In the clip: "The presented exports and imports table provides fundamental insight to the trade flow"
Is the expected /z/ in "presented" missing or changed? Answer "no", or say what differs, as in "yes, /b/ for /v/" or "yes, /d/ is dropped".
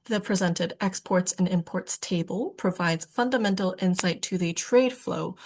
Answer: no